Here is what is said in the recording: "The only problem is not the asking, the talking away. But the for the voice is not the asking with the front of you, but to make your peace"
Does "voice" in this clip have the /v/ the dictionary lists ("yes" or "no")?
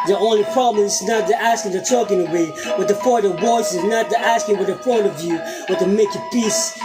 no